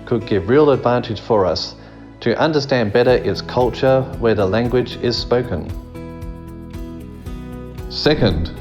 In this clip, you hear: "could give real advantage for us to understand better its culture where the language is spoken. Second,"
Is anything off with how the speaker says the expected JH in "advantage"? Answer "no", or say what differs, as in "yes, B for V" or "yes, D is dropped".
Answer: yes, ZH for JH